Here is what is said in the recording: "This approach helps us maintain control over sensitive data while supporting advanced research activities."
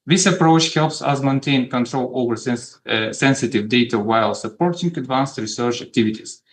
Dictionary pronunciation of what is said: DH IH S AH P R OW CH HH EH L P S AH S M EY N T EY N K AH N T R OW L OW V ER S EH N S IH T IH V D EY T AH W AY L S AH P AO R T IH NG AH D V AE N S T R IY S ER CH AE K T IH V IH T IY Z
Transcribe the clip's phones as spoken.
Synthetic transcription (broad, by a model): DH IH S AH P R OW CH HH EH L P S AH S M EY N T EY N K AH N T R OW L OW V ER S EH N S IH T IH V D EY T AH W AY L S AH P AO R T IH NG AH D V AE N S T R IY S ER CH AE K T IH V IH T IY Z